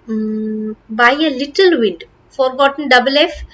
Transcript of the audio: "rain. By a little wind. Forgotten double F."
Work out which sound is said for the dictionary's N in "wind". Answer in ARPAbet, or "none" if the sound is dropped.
none